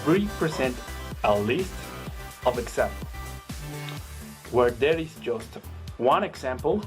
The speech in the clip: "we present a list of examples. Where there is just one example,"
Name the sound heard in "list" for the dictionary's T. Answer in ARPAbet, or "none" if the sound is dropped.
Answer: T